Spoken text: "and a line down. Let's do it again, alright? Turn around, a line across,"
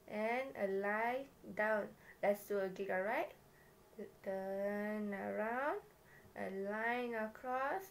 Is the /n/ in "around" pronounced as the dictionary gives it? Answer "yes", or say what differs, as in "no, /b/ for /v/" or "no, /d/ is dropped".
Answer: yes